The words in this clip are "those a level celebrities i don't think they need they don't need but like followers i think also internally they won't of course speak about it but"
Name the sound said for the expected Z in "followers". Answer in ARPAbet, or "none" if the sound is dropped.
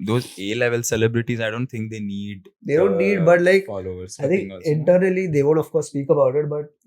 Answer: none